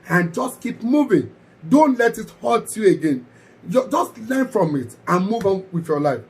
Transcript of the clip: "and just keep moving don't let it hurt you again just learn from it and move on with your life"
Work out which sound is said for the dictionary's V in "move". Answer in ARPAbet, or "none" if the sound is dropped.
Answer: V